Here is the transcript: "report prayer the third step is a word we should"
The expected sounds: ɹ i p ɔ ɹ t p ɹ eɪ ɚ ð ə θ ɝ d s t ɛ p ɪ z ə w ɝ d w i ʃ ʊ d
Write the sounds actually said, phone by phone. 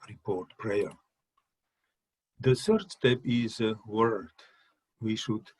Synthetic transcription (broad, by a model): ɹ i p ɔ ɹ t p ɹ eɪ ɚ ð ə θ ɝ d s t ɛ p ɪ z ə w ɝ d w i ʃ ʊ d